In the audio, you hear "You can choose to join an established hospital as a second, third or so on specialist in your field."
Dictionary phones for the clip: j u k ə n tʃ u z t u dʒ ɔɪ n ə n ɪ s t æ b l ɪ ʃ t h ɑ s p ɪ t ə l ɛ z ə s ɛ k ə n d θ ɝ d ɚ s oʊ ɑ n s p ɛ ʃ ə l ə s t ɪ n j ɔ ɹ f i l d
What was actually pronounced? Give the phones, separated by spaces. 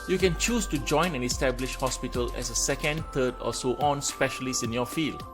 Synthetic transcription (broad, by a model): j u k ə n tʃ u s t u dʒ ɔɪ n ə n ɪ s t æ b l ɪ ʃ h ɑ s p ɪ t ə l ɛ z ə s ɛ k ə n d t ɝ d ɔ s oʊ ɑ n s p ɛ ʃ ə l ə s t ɪ n j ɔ f i l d